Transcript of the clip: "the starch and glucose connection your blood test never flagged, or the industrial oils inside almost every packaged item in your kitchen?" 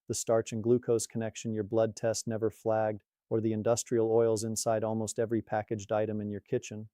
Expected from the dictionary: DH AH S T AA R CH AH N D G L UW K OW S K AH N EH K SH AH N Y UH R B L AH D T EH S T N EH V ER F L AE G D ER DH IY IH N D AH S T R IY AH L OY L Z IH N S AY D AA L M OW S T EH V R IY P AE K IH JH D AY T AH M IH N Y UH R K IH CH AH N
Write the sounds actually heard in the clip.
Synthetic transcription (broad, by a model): DH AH S T AA R CH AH N G L UW K OW S K AH N EH K SH AH N Y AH R B L AH D T EH S T N EH V ER F L AE G D ER DH IY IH N D AH S T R IY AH L OY L Z IH N S AY D AA L M OW S T EH V R IY P AE K IH JH D AY T AH M IH N Y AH R K IH CH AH N